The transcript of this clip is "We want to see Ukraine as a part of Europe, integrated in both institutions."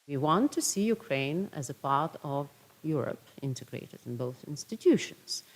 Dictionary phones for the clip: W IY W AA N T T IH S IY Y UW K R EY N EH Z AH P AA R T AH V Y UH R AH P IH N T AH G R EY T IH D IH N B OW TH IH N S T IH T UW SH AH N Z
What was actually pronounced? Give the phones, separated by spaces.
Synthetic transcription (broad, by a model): W IY W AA N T T IH S IY Y UW K R EY N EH Z AH P AA R T AH V Y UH R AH P IH N T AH G R EY T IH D IH N B OW TH IH N S T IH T UW SH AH N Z